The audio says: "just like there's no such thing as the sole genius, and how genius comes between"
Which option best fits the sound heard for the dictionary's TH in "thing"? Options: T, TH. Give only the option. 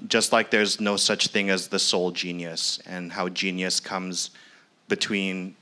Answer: TH